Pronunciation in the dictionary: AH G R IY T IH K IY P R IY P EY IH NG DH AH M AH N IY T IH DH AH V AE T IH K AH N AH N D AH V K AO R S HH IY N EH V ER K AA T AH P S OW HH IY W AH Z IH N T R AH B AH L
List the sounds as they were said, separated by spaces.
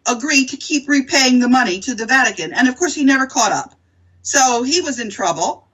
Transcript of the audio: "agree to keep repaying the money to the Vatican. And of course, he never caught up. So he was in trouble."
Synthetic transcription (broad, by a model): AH G R IY T IH K IY P R IY P EY IH NG DH AH M AH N IY T IH DH AH V AE T IH K AH N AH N AH V K AO R S HH IY N EH V ER K AA T AH P S OW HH IY W AH Z IH N T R AH B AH L